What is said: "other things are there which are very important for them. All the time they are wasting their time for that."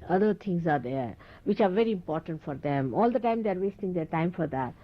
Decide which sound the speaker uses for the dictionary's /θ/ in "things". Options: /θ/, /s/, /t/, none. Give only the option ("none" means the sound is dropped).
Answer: /t/